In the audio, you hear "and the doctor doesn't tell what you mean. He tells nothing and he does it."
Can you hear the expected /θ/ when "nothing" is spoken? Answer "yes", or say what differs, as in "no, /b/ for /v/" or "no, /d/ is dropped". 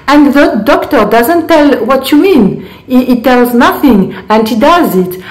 yes